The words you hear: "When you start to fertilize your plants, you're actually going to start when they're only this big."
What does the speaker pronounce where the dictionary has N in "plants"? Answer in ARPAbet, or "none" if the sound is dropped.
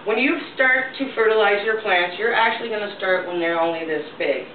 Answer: N